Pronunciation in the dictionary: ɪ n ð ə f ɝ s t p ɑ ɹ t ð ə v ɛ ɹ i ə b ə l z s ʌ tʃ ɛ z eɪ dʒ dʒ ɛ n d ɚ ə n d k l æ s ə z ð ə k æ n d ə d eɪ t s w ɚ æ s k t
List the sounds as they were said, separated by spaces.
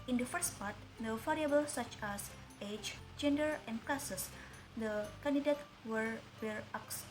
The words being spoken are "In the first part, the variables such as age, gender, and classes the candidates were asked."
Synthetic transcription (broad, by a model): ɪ n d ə f ɝ s t p ɑ ɹ t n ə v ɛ ɹ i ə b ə l s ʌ tʃ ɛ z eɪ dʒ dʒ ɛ n d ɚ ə n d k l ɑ s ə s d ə k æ n d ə d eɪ t w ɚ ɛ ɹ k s